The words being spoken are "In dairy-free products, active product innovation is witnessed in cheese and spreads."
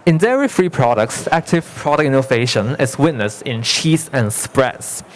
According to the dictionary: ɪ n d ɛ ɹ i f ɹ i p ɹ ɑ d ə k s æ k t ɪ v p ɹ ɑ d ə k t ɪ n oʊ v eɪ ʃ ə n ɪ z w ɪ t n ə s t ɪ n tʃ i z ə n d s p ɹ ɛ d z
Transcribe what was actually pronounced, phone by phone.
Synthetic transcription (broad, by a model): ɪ n d ɛ ɹ i f ɹ i p ɹ ɑ d ə k s æ k t ɪ v p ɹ ɑ d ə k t ɪ n oʊ v eɪ ʃ ə n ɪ s w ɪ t n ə s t ɪ n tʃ i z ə n s p ɹ ɛ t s